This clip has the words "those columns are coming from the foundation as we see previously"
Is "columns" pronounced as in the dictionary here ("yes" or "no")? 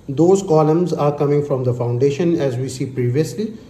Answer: yes